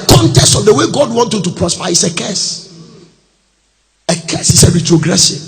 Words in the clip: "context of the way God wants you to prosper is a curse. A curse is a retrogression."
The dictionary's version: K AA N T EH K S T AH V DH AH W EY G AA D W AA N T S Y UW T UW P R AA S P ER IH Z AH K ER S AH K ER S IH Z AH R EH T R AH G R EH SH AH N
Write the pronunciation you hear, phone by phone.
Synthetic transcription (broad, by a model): K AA N T EH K S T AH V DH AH W EY G AA D W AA N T Y UW T UW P R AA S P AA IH S AH K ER S AH K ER S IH S AH R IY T R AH G R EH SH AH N